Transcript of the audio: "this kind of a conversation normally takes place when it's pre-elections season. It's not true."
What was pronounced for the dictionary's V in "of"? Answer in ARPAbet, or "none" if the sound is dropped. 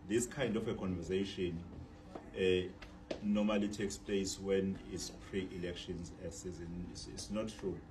F